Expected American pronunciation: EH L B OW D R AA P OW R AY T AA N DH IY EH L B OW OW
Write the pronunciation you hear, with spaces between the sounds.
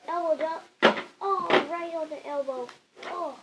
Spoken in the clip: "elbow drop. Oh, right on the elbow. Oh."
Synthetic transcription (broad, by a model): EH L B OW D AA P OW R AY T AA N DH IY EH L B OW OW